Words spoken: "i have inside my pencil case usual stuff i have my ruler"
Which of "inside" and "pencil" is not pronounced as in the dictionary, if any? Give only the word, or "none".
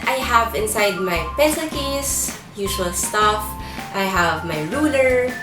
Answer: pencil